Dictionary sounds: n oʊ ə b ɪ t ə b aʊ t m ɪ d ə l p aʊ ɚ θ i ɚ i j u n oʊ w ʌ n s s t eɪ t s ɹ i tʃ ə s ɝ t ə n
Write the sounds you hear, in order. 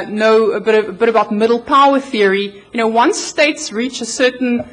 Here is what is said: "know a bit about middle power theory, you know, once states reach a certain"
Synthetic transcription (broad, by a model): n oʊ ə b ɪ t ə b aʊ t m ɪ d l p aʊ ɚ θ i ɚ i j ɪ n oʊ w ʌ n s s t eɪ t s ɹ i tʃ ə s ɝ t n